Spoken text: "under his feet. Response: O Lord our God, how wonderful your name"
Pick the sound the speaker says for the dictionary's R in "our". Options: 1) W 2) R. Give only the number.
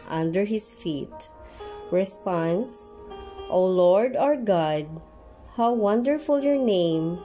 2